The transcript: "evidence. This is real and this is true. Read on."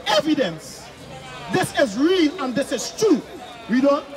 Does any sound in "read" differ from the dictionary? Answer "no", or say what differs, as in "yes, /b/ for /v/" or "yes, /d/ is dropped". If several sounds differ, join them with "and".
yes, /w/ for /ɹ/